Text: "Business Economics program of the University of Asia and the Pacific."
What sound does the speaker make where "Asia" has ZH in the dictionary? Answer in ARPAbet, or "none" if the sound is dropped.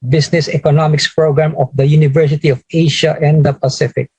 SH